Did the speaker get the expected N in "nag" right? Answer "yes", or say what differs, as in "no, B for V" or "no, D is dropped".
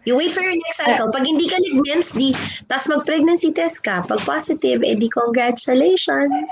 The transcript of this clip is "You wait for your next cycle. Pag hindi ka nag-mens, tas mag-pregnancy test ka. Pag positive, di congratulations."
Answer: no, L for N